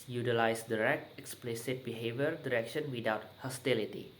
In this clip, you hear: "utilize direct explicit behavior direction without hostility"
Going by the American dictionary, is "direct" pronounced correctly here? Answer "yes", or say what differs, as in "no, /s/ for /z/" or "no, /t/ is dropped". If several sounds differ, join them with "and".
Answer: yes